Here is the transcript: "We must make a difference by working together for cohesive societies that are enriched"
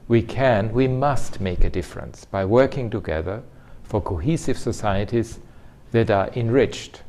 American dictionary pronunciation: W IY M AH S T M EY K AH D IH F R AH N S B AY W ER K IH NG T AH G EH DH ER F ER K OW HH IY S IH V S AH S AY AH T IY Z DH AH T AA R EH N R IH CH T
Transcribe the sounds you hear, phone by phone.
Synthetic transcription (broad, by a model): W IY M AH S T M EY K AH D IH F R AH N S B AY W ER K IH NG T AH G EH DH ER F ER K OW HH IY S IH V S AH S AY AH T IY Z DH AH T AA R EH N R IH CH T